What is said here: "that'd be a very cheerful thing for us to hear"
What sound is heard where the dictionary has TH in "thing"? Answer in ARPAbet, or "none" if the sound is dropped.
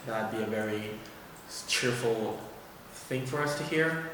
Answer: TH